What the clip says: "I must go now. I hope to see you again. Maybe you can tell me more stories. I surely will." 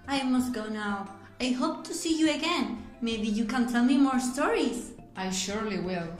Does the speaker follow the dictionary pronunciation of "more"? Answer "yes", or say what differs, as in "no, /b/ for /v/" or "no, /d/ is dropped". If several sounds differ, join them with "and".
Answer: yes